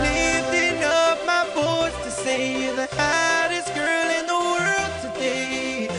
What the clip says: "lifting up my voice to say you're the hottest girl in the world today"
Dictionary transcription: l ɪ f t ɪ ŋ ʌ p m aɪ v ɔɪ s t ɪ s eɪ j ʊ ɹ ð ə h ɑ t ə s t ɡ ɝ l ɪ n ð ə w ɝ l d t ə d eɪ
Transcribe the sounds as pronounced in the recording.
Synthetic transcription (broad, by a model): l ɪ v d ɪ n ʌ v m aɪ b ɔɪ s t ɪ s eɪ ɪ ð ə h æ t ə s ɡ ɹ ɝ l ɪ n ð ə w ɝ l d t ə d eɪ